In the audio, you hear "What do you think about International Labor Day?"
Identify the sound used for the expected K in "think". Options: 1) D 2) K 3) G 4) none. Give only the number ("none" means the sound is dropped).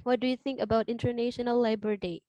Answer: 2